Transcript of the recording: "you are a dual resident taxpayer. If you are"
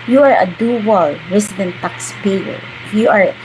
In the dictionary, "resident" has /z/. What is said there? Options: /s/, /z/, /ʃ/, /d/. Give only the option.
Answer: /s/